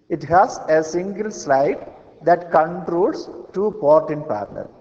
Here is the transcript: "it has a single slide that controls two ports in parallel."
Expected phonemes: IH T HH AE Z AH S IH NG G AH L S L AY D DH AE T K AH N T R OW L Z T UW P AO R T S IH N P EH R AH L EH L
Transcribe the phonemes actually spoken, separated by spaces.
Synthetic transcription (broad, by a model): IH T HH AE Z AH S IH NG G AH L S L AY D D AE T K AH N T R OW L S T UW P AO R T IH N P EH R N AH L